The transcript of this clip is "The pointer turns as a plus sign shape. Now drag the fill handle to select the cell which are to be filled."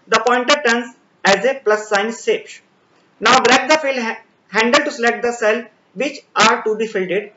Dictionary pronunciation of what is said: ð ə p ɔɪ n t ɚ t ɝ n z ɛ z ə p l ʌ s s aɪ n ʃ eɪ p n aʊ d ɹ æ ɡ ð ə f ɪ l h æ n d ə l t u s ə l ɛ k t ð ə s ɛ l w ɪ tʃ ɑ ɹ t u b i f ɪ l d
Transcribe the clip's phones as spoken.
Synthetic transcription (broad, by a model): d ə p ɔɪ n t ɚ t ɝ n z ɛ z ə p l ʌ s s aɪ n s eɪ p n aʊ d ɹ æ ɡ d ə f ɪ l h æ n d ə l t u s ə l ɛ k t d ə s ɛ l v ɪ tʃ ɑ ɹ t u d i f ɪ l d